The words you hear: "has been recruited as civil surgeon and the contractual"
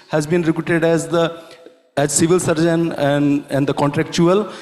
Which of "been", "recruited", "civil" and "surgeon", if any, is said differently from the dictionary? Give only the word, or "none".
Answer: none